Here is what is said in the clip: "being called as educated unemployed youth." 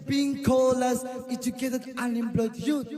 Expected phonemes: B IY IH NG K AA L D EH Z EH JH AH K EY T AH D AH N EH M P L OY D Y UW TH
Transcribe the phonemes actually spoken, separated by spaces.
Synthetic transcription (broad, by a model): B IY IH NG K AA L AA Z EH JH AH K EY T AH D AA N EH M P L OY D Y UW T